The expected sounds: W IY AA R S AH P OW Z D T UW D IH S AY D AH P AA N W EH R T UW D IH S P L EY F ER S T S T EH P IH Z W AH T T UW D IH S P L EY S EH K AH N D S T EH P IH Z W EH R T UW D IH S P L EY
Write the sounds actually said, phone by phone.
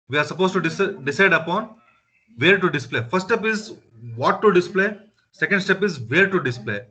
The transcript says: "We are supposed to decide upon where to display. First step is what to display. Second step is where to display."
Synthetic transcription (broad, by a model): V IY AA R S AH P OW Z T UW D IH S AY D AH P AA N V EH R T UW D IH S P L EY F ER T S T EH P IH Z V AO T T UW D IH S P L EY S EH K AH N D S T EH P IH Z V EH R T UW D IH S P L EY